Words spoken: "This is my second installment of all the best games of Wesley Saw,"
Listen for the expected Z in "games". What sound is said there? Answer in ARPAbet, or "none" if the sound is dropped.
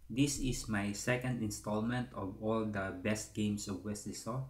S